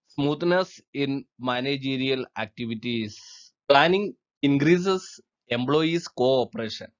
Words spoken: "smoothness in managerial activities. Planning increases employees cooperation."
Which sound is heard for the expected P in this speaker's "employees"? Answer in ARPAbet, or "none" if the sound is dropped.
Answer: B